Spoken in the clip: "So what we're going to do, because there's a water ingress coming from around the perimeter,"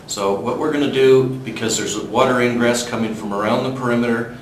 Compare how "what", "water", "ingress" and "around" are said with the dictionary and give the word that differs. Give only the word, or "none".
none